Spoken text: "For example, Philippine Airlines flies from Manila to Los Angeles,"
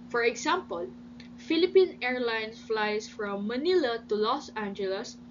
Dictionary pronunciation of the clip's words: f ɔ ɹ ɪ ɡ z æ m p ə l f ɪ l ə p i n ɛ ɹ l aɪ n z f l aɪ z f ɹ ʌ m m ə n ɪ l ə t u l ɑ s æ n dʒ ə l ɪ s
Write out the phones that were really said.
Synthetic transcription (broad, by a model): f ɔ ɹ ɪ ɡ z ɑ m p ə l f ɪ l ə p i n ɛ ɹ l aɪ n s f l aɪ s f ɹ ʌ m m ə n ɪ l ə t u l ɑ s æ n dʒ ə l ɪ s